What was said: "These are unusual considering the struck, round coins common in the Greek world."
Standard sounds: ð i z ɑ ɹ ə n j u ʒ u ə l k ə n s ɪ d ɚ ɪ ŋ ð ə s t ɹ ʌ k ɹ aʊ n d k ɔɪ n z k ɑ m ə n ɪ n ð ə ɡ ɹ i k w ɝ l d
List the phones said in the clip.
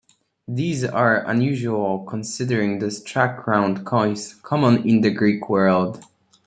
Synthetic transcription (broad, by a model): ð i z ɑ ɹ ə n j u ʒ u ə l k ə n s ɪ d ɚ ɪ ŋ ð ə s t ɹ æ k ɹ aʊ n d k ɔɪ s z k ɑ m ə n ɪ n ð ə ɡ ɹ i k w ɝ l d